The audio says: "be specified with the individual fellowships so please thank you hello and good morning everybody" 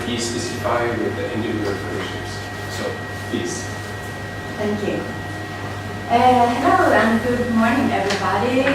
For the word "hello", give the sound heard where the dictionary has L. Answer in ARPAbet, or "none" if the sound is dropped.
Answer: N